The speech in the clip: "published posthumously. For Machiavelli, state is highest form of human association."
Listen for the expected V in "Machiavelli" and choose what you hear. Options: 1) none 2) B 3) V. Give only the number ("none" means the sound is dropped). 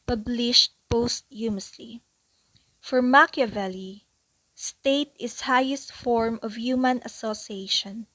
3